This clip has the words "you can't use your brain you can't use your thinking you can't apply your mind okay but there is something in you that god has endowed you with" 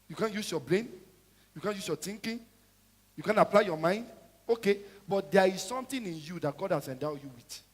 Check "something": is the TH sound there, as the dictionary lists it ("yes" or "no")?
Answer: no